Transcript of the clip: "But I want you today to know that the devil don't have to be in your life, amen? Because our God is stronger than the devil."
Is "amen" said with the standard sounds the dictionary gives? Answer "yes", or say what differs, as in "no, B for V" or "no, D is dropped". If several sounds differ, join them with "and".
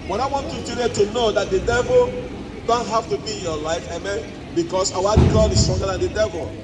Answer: yes